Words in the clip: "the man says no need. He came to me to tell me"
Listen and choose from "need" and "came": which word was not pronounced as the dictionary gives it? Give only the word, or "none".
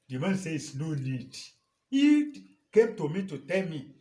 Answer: need